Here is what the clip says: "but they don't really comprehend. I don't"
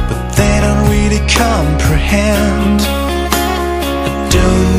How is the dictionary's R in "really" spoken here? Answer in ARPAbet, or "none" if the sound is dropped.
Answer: W